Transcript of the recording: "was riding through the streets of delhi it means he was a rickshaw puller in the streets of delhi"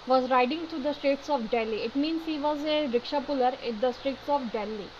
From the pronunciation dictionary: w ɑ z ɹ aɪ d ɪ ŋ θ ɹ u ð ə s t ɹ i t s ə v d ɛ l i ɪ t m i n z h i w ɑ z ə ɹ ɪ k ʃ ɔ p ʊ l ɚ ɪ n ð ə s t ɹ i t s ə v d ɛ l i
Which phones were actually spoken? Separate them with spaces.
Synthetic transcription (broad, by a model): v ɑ z ɹ aɪ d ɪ ŋ t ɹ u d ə s t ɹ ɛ t s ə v d ɛ l i ɪ t m i n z h i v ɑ z ə ɹ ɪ k ʃ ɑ p ʊ l ɚ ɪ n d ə s t ɹ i t s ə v d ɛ l i